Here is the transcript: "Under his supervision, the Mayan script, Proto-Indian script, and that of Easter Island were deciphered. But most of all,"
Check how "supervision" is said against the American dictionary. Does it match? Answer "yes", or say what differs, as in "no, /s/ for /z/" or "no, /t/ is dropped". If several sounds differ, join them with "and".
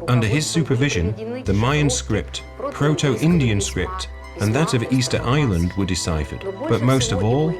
yes